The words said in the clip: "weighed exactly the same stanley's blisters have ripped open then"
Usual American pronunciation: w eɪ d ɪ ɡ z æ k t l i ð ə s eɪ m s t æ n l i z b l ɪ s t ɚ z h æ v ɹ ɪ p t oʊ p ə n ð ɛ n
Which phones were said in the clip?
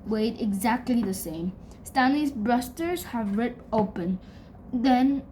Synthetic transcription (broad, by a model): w eɪ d ɪ ɡ z æ k t l i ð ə s eɪ m s t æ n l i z b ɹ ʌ s t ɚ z h æ v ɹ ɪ t oʊ p ə n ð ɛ n